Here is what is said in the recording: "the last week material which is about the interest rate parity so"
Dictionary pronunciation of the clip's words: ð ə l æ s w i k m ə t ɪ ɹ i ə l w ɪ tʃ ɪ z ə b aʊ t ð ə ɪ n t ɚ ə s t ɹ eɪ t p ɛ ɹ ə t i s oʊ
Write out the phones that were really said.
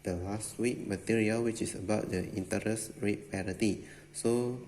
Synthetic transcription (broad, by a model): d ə l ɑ s w i k m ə t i ɹ i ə l w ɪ tʃ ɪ s ə b aʊ t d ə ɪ n t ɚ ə s ɹ eɪ t p ɛ ɹ ə t i s oʊ